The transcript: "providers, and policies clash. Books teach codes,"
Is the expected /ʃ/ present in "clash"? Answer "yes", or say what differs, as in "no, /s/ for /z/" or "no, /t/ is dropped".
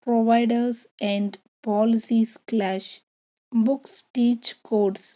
yes